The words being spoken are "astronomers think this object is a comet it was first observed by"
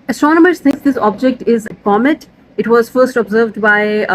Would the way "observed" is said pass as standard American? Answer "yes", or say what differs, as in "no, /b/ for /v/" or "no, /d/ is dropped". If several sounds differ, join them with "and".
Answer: yes